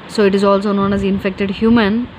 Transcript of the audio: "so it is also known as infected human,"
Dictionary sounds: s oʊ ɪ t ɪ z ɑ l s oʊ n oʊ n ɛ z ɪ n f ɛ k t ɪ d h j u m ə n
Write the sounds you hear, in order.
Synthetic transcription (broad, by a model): s oʊ ɪ t ɪ z ɑ l s oʊ n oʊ n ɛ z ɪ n f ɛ k t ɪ d h j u m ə n